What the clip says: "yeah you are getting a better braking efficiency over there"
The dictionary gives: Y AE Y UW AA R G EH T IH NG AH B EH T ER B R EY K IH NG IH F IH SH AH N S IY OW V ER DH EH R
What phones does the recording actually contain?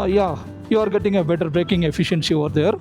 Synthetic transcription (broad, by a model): Y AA Y UW AA R G EH T IH NG AH B EH T ER B R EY K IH NG IH F IH SH AH N S IY OW V ER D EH R